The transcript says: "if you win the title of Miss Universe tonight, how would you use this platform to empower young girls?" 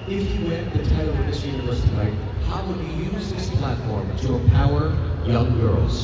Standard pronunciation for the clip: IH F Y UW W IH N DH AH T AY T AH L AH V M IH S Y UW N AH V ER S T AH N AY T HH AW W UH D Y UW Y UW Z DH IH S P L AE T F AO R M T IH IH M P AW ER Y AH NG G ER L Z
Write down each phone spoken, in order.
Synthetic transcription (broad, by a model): IH F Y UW W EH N DH AH T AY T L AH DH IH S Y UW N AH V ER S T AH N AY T HH AW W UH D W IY Y UW Z DH IH S P L AE T F AO R M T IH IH P AW ER Y AH NG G ER L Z